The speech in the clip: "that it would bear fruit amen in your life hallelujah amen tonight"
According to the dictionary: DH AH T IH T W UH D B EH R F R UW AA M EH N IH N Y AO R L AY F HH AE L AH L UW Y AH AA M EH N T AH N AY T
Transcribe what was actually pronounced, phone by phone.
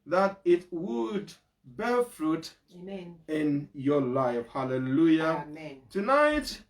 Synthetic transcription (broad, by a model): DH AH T IH T W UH D B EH F R UW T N IH N Y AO L AY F HH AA L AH L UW Y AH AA T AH N AY T